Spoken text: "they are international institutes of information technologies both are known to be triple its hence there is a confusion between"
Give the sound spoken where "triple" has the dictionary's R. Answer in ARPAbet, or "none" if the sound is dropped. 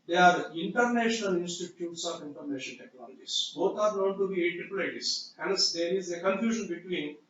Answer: none